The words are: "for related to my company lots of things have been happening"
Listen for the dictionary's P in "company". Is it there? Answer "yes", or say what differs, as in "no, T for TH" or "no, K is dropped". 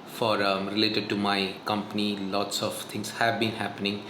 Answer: yes